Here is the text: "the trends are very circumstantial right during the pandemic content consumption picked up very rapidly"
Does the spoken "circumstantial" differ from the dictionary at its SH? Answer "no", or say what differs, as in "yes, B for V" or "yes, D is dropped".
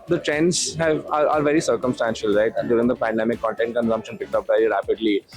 no